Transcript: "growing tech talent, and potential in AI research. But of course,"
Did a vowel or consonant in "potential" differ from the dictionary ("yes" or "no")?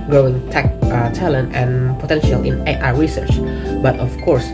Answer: no